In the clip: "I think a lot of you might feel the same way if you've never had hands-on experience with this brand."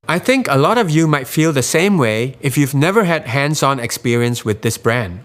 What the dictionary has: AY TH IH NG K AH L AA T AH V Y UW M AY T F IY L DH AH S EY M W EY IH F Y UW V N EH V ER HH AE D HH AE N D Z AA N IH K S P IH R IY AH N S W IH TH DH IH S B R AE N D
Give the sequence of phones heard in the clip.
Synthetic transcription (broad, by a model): AY TH IH NG K AH L AA T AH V Y UW M AY T F IY L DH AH S EY M W EY IH F Y UW V N EH V ER HH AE D HH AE N D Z AA N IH K S P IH R IY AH N S W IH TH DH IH S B R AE N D